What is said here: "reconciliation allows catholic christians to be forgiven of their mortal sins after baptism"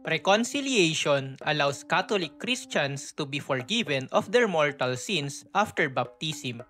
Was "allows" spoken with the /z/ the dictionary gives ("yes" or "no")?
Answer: no